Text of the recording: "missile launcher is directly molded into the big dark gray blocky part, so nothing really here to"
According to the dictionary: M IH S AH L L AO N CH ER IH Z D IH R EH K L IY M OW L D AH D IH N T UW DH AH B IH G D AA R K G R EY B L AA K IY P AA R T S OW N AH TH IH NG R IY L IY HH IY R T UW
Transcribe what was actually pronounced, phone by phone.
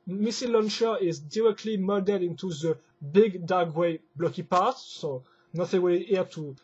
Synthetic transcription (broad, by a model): M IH S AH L L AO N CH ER IH Z D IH R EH K L IY M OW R D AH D IH N T UW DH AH B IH G D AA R G W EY B L AA K IY P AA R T S OW N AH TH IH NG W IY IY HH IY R T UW